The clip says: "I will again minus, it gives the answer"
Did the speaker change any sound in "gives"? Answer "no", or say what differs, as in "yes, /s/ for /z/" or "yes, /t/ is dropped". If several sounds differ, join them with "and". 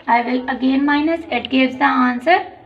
yes, /v/ is dropped